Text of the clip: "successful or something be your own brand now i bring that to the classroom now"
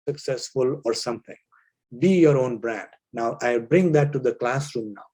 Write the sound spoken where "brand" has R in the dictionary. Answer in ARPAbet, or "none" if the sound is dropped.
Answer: R